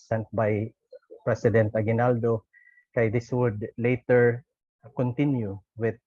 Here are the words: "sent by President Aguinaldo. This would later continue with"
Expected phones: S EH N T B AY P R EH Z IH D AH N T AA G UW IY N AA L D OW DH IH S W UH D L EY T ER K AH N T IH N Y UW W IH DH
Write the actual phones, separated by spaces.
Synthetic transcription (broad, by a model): S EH N T B AY P R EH S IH D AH N T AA G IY N AA L D OW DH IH S W UH D L EY T ER K AH N T IH N Y UW W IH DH